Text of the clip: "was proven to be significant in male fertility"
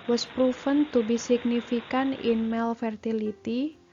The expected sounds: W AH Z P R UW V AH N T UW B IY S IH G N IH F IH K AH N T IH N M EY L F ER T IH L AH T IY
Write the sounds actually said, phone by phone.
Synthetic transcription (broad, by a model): W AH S P R UW F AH N T UW B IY S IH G N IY F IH K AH N IH N M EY L F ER T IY L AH T IY